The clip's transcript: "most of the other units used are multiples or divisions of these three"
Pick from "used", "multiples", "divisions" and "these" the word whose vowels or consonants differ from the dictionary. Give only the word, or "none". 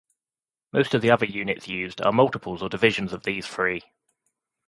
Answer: none